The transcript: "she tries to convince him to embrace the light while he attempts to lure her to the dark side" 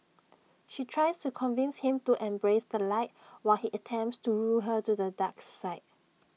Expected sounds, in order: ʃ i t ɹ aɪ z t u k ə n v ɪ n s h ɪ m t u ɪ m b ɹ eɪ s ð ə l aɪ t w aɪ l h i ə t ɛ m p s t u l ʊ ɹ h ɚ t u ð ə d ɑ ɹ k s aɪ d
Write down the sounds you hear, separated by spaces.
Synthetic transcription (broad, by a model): ʃ i t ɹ aɪ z t u k ə n v ɪ n s h ɪ m t u ɪ m b ɹ eɪ s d ə l aɪ t w aɪ l h i ə t ɛ m p s t u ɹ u l h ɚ t u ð ə d ɑ k s aɪ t